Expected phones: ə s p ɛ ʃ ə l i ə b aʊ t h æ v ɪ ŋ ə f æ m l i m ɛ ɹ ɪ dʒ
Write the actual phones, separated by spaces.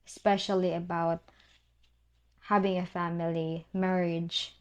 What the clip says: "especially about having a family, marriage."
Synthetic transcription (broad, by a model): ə s p ɛ ʃ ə l i ə b aʊ t h æ v ɪ ŋ ə f æ m l i m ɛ ɹ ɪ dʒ